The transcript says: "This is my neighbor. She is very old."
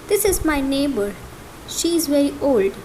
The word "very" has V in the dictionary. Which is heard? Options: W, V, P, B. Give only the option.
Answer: V